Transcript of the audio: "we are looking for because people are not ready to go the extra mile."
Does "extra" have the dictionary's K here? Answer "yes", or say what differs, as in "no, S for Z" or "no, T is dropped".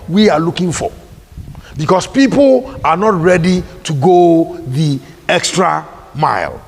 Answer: yes